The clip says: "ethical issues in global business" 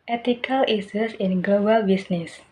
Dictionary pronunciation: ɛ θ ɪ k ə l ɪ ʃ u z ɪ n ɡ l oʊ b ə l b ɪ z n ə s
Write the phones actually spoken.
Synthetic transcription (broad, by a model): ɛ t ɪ k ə l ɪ s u s ɪ n ɡ l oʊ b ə l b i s n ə s